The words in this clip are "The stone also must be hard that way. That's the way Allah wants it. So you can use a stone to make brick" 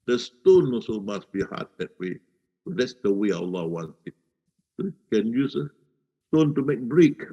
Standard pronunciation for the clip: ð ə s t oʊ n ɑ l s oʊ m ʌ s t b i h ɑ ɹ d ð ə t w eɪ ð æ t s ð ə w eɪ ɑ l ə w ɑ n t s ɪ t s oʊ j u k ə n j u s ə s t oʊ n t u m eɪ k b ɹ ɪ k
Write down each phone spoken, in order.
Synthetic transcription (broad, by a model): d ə s t oʊ n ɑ s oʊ m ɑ s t b i h ɑ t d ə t w eɪ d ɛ t s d ə w eɪ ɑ l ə w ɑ n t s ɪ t s oʊ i k ə n j u s ə s t oʊ n t u m eɪ k b ɹ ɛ k